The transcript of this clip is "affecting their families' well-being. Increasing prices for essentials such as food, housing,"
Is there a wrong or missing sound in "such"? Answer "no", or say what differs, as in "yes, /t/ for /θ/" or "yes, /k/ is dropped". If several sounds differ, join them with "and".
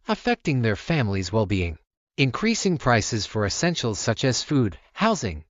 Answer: no